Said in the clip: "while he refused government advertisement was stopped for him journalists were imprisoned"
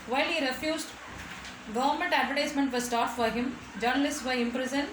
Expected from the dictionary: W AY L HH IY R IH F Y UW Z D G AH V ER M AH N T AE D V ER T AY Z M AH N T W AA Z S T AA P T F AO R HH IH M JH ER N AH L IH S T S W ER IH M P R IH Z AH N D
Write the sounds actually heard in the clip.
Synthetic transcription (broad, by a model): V AY L HH IY R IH F Y UW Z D G AH V ER M AH N T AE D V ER T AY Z M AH N T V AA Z S T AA T F AO R HH IH M JH ER N AH L IH S T S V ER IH M P R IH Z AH N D